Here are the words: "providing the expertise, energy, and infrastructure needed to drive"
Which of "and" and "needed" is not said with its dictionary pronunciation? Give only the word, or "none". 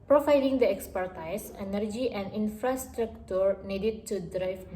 none